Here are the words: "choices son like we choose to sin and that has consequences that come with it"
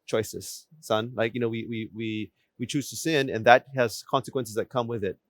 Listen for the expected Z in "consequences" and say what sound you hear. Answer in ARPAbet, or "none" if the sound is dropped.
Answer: Z